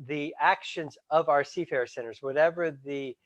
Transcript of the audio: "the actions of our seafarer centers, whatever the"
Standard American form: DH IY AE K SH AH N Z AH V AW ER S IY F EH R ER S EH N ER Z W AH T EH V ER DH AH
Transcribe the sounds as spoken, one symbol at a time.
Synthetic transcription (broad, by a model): DH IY AE K SH AH N Z AH V AW ER S IY F EH R S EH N ER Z W AH T EH V ER DH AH